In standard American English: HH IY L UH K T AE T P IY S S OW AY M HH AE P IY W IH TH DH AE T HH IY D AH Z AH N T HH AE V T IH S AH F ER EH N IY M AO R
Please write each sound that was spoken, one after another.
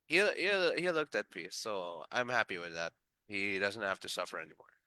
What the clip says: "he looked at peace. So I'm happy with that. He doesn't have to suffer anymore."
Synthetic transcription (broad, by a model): HH IY L UH K T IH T P IY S S OW AY M HH AE P IY W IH DH AE T HH IY D AH Z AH N T HH AE F T IH S AH F ER EH N IY M AO R